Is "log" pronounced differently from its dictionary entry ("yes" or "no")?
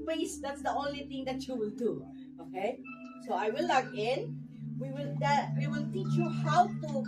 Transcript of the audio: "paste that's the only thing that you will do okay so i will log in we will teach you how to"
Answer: yes